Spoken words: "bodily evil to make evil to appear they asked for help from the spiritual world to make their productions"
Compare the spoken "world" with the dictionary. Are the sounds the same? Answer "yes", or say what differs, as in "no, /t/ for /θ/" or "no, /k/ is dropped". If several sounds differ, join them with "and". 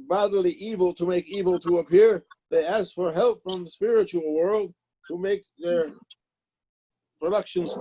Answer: yes